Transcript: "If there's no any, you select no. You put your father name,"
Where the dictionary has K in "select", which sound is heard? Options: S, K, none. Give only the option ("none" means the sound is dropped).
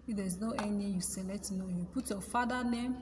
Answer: none